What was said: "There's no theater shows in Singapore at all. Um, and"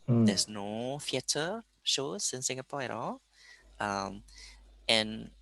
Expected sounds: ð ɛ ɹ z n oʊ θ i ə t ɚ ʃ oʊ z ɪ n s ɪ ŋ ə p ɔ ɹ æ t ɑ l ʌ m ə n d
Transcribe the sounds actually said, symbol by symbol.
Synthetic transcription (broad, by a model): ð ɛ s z n oʊ f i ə t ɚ ʃ oʊ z ɪ n s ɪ ŋ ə p ɔ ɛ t ɑ l ʌ m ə n